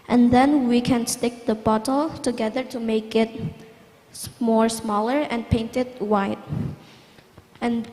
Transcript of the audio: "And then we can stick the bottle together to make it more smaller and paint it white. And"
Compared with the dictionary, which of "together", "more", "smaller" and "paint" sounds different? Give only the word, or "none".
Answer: none